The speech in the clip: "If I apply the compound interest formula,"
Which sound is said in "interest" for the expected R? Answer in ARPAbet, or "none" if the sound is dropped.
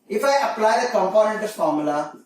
none